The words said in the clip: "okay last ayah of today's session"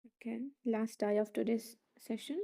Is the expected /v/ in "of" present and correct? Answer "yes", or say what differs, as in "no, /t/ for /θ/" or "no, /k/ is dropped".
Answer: no, /f/ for /v/